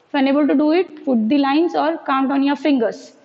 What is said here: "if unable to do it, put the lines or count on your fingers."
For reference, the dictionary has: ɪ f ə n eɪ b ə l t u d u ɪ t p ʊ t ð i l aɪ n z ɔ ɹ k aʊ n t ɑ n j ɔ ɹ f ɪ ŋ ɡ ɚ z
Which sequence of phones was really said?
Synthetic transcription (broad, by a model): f ə n eɪ b ə l t u d u ɪ t f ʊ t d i l aɪ n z ɔ ɹ k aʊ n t ɑ n j ɔ ɹ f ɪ ŋ ɡ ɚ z